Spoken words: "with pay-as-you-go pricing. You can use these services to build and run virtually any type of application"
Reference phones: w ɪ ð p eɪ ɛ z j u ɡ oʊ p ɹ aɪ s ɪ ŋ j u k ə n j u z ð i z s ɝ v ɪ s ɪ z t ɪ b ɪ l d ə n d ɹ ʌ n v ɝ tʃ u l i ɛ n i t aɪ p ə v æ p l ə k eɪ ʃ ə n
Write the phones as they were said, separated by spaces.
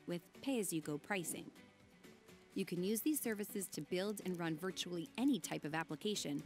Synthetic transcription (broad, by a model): w ɪ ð p eɪ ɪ z j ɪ ɡ oʊ p ɹ aɪ s ɪ ŋ j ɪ k ə n j u z ð i z s ɝ v ɪ s ɪ z t ɪ b ɪ l d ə n ɹ ʌ n v ɝ tʃ u l i ɛ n i t aɪ p ə v æ p l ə k eɪ ʃ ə n